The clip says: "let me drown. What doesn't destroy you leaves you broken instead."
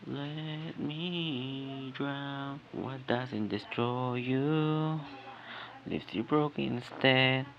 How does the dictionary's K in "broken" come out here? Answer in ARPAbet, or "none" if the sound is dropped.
none